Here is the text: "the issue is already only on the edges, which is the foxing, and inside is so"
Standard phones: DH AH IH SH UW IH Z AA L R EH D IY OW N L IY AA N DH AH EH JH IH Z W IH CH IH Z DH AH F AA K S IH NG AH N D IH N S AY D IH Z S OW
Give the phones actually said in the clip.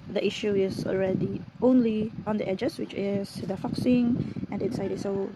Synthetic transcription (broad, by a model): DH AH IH SH UW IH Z AA L R EH D IY OW N L IY AA N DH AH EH JH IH S W IH CH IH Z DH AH F AA K S IH NG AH N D IH N S AY D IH S OW